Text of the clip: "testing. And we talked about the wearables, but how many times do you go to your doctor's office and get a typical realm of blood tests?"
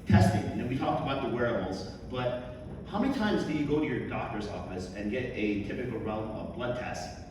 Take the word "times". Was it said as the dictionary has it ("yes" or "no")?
yes